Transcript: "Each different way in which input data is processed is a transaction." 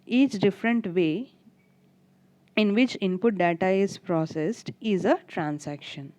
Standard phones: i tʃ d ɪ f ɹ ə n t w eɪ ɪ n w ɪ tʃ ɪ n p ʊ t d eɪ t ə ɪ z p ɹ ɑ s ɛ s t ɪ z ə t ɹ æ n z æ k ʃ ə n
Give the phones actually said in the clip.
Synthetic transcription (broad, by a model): i tʃ d ɪ f ɹ ə n t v eɪ ɪ n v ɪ tʃ ɪ n p ʊ t d eɪ t ə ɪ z p ɹ ɑ s ɛ s t ɪ z ə t ɹ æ n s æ k ʃ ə n